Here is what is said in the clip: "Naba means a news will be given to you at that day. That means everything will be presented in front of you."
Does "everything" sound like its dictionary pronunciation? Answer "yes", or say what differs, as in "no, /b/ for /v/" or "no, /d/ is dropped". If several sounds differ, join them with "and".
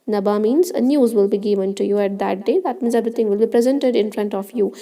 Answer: no, /t/ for /θ/